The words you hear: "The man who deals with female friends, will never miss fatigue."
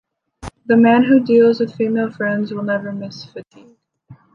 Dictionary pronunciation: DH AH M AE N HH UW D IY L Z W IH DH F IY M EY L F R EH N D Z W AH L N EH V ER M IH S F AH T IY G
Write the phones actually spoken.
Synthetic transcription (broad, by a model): DH AH M AE N HH UW D IY L Z W IH DH F IY M EY L F R EH N D Z W AH L N EH V ER M IH S F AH T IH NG